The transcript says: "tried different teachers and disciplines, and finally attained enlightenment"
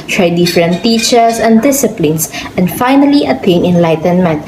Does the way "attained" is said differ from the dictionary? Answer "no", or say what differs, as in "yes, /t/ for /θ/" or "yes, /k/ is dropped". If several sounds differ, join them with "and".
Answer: yes, /d/ is dropped